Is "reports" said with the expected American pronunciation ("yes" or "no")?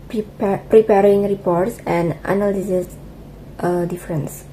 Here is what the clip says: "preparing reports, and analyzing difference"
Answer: yes